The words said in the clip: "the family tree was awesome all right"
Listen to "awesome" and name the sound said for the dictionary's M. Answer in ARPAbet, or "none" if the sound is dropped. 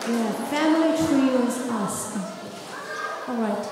none